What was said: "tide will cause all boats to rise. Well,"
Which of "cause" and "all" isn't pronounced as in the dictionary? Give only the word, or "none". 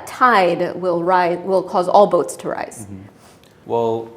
none